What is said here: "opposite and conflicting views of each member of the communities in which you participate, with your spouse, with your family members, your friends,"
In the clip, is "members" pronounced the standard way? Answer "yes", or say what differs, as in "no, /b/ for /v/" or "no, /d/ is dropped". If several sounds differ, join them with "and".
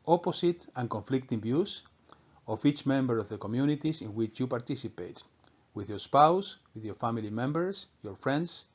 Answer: no, /s/ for /z/